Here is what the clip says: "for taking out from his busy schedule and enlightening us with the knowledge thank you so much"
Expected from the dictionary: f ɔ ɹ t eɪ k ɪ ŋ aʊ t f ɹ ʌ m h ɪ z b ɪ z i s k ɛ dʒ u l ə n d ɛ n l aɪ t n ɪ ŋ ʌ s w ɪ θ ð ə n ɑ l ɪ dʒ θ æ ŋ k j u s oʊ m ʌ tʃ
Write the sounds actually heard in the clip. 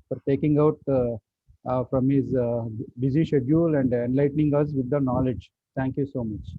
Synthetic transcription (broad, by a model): f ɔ ɹ t eɪ k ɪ ŋ aʊ t f ɹ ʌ m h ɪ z b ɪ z i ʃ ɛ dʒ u l ə n d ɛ n l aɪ t n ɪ ŋ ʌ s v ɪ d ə n ɑ l ɪ dʒ t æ ŋ k j u s oʊ m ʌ tʃ